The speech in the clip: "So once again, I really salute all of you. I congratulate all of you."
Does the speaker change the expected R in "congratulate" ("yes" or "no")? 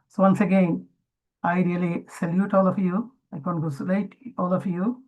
yes